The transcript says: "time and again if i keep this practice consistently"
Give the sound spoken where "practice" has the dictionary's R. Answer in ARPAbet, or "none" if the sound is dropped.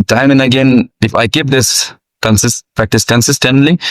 R